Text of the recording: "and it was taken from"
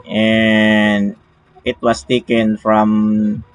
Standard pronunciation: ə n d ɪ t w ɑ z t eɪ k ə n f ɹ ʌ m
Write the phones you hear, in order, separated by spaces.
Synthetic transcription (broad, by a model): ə n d ɪ t w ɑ s t eɪ k ə n f ɹ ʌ m